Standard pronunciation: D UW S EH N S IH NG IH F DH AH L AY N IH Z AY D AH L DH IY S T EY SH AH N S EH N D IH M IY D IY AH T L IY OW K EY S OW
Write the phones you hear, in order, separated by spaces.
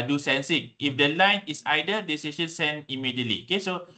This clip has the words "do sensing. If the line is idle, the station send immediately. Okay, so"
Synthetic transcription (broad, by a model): D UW S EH N S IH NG IH F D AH L AY N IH S AY D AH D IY S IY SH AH N S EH N IH M IY D IY AH T L IY OW K EY S OW